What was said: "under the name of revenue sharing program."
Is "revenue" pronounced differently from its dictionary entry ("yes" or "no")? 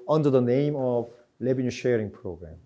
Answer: yes